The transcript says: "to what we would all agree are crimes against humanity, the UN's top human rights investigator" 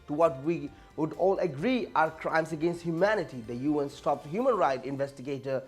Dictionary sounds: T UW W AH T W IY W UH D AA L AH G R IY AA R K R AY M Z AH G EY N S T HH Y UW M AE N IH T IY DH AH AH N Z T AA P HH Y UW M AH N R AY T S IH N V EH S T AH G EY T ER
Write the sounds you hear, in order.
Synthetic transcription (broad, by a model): T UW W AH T W IY W UH D AA L AH G R IY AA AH K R AY M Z AH G EY N S T HH Y UW M AE N IH T IY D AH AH N S T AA P HH Y UW M AH N R AY T IH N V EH S T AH G EY T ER